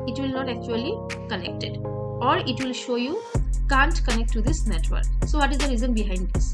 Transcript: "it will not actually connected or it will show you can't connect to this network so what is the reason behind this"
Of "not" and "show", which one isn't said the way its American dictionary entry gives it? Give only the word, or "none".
none